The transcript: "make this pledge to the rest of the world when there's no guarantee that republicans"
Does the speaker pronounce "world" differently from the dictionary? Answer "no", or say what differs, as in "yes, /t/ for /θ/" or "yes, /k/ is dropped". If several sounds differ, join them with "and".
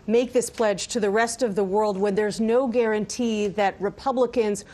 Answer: no